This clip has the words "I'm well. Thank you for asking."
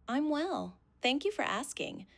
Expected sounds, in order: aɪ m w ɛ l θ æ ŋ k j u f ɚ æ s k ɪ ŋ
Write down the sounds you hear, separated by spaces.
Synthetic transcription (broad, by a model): aɪ m w ɛ l θ æ ŋ k j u f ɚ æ s k ɪ ŋ